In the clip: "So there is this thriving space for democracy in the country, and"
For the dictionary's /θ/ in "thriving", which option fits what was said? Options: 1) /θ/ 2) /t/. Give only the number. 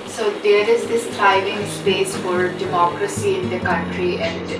2